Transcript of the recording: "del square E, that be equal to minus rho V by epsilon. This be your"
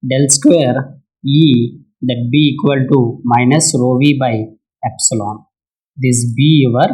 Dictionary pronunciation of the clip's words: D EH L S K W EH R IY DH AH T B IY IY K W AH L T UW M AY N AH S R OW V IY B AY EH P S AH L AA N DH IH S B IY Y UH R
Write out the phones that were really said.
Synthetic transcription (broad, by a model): D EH L S K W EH R IY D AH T B IY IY K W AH L T UW M AY N AH S R OW V IY B AY EH P S AH L AA N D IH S B IY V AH R